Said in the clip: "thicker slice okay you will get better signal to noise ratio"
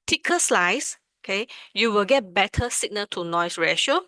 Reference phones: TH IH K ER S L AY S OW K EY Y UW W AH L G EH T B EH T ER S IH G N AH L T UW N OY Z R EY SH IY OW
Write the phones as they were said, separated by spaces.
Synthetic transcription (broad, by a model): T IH K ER S L AY S OW K EY Y UW W AH L G EH T B EH T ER S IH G N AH T UW N OY S R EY SH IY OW